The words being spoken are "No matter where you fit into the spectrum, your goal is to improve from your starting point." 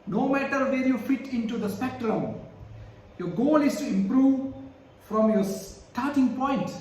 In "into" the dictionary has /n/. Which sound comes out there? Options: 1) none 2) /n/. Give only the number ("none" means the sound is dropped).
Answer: 2